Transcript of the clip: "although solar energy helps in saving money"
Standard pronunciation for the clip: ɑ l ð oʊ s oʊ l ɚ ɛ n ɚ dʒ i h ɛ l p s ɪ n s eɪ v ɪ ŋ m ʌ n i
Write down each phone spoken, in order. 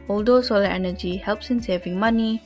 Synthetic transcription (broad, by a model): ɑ l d oʊ s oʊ l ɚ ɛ n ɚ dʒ i h ɛ l p s ɪ n s eɪ v ɪ ŋ m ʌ n i